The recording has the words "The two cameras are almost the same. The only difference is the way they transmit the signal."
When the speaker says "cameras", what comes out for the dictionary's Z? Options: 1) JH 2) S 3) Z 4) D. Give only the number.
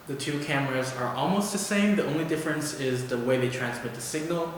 3